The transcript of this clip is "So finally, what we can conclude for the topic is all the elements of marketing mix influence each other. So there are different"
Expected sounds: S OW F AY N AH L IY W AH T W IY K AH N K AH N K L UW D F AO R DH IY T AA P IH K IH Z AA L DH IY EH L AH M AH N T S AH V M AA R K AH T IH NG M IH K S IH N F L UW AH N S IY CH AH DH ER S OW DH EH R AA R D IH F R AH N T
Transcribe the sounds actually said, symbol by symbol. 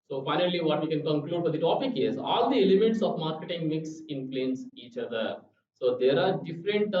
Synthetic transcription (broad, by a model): S OW F AY N AH L IY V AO T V IY K AH N K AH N K L UW D F AO R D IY T AA P IH K IH Z AA L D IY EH L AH M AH T S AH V M AA R K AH T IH NG M IH K S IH N P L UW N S IY CH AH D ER S OW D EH R AA R D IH F R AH N T